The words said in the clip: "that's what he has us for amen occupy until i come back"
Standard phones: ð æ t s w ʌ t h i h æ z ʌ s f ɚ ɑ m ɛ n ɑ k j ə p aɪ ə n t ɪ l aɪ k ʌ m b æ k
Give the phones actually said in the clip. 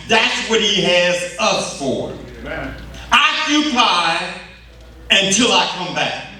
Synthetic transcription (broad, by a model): ð æ t s w ʌ t h i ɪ z ʌ s f ɚ ɑ ɪ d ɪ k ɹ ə ɪ ə n t ɪ l aɪ k ʌ m b æ k